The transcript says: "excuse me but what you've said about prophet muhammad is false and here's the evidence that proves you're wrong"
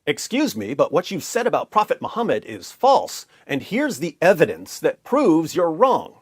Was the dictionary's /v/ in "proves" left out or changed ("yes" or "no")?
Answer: no